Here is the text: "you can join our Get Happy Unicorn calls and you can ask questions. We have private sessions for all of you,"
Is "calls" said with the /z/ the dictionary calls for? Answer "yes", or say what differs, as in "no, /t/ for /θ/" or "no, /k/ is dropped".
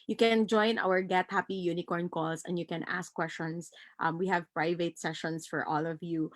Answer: no, /s/ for /z/